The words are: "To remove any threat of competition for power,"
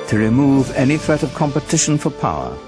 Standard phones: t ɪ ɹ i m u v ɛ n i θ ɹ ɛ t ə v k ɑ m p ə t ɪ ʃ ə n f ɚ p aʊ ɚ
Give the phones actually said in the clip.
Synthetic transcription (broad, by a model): t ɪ ɹ i m u v ɛ n i θ ɹ ɛ t ə v k ɑ m p ə t ɪ ʃ ə n f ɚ p aʊ ɚ